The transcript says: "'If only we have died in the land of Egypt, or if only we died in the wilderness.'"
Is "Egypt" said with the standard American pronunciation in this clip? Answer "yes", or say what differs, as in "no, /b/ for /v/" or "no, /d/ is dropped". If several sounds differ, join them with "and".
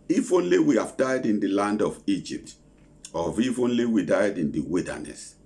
yes